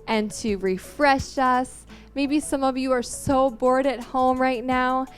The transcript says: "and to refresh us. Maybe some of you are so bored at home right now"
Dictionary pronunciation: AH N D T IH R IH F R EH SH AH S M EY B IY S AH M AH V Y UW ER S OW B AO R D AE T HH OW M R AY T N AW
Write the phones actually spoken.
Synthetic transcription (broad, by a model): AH N T IH R IH F R EH SH AH S M EY B IY S AH M AH V Y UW ER S OW B AO R D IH T HH OW M R AY T N AW